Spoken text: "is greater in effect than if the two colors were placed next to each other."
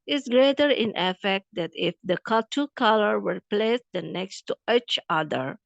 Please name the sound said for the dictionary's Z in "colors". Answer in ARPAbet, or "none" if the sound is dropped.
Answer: none